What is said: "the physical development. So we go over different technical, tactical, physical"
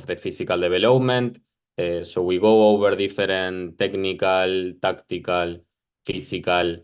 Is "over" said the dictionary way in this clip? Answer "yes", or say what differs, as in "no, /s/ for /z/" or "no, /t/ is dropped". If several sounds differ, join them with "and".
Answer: no, /b/ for /v/